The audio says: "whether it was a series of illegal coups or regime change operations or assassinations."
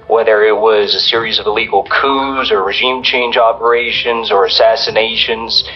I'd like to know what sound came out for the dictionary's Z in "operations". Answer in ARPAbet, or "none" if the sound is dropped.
Z